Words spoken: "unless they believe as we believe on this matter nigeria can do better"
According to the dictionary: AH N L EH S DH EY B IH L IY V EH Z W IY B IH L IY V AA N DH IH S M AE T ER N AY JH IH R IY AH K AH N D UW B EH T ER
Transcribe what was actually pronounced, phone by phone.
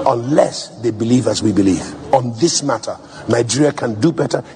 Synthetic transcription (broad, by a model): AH N L EH S DH EY B IH L IY V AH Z W IY B IH L IY V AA N DH IH S M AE T ER N AY JH IH R IY AH K AH N D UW B EH T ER